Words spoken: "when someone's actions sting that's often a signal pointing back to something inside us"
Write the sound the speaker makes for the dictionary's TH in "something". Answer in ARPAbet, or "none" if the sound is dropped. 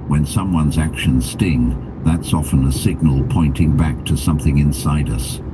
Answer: TH